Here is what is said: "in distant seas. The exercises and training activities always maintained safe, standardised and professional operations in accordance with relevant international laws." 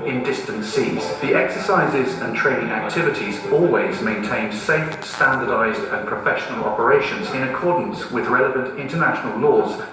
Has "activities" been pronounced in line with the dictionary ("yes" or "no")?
yes